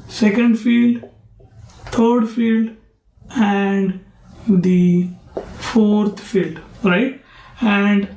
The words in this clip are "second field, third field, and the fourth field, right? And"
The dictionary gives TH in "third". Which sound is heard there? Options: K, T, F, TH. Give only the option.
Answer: T